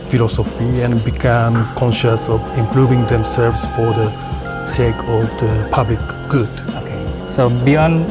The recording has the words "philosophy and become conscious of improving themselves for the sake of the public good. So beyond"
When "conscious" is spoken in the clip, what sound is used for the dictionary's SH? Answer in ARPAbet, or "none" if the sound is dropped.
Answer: SH